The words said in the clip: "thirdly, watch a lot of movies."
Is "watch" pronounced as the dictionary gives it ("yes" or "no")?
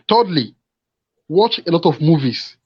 yes